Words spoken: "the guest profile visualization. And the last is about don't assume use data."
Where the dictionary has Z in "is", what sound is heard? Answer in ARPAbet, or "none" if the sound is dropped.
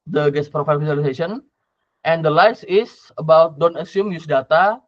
S